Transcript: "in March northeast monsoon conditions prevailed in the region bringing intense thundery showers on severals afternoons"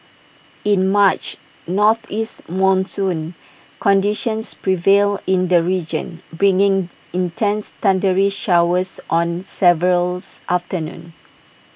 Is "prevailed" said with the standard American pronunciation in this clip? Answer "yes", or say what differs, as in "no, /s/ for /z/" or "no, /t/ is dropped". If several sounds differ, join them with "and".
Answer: no, /d/ is dropped